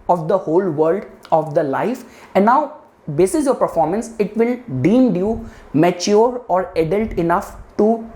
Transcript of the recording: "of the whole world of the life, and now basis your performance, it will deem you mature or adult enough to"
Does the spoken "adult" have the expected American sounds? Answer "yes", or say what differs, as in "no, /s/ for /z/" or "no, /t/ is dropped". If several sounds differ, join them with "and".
yes